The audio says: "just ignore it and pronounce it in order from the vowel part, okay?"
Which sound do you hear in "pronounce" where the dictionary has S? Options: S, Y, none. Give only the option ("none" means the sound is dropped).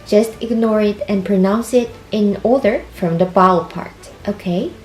S